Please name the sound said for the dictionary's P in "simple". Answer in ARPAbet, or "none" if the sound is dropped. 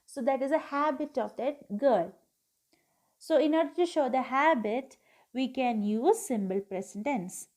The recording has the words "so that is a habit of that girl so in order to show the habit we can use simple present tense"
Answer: B